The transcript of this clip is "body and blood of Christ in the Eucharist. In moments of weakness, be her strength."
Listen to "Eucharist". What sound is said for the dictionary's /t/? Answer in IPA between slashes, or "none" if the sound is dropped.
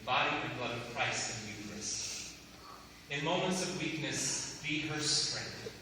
none